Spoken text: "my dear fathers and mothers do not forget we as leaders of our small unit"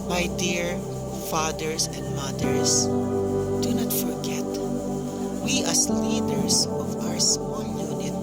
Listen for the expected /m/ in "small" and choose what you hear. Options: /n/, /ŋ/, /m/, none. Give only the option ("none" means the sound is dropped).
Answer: none